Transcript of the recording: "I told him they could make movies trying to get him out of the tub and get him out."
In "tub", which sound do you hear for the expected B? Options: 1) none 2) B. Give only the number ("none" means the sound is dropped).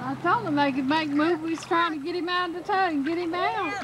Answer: 1